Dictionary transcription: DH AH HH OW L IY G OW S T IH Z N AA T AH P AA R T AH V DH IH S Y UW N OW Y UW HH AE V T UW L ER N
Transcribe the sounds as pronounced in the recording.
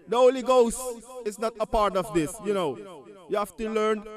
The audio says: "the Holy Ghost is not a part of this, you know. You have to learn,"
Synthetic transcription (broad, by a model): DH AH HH OW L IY G OW S T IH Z N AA T AH P AA R T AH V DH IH S Y UW N OW Y UW HH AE F T UW L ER N